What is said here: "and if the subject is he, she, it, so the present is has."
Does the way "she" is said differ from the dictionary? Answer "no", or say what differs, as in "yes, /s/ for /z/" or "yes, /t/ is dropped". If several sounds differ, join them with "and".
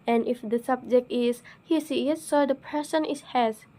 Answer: yes, /s/ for /ʃ/